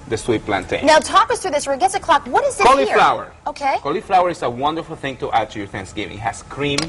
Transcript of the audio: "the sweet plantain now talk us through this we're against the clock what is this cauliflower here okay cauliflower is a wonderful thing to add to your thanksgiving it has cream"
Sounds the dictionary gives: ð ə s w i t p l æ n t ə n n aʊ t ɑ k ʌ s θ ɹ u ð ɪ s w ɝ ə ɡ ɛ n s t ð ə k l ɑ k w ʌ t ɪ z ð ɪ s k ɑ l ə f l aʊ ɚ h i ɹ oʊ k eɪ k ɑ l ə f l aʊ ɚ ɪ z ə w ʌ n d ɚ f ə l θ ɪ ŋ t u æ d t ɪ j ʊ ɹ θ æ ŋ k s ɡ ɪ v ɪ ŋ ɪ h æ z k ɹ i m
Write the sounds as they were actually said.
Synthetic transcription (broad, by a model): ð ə s w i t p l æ n t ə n n aʊ t ɑ k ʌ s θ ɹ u ð ɪ s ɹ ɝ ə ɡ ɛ s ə k l ɑ k w ʌ t ɪ z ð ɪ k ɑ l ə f l aʊ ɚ ɹ oʊ k eɪ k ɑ l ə f l aʊ ɚ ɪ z ə w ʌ n d ɚ f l θ ɪ ŋ t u æ d t ɪ j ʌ ɹ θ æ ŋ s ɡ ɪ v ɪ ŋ h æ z k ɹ i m